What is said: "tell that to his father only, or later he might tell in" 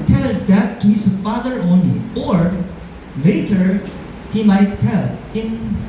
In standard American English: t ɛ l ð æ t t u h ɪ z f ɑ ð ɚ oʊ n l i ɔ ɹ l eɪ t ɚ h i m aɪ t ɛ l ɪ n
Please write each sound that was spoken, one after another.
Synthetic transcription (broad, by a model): t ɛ l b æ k t u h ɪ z f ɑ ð ɚ oʊ n l i ɔ ɹ l eɪ t ɚ h i m aɪ t ɛ l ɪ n